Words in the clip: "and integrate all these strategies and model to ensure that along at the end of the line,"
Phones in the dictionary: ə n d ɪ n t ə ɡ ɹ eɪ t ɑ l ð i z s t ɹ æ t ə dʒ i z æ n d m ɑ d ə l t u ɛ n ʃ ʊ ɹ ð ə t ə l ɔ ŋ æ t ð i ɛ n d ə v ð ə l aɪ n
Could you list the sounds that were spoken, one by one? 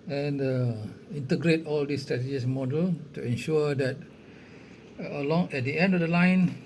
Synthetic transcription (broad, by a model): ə n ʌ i n t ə ɡ ɹ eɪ t ɑ l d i s t ɹ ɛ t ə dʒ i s m ɑ d ə l t u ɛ n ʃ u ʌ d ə t ə l ɔ ŋ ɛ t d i ɛ n d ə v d ə l aɪ n